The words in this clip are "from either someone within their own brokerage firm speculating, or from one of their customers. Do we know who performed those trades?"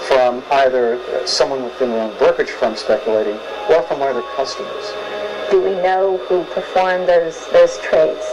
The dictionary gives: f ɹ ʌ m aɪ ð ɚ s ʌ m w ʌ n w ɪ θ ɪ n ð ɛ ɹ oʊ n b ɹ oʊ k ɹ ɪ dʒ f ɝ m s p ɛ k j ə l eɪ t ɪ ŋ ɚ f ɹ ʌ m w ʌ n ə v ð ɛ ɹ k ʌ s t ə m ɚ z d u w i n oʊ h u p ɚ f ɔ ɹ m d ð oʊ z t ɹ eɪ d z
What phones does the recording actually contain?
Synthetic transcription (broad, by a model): f ɹ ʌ m aɪ ð ɚ s ʌ m w ʌ n w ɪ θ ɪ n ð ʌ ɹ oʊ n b ɹ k ɪ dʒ f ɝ m s p ɛ k j ə l eɪ t ɪ ŋ ɚ f ɹ ʌ m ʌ ə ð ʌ ɹ k ʌ s t ə m ɚ z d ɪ w i n oʊ h u p ɚ f ɔ ɹ m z ð oʊ z t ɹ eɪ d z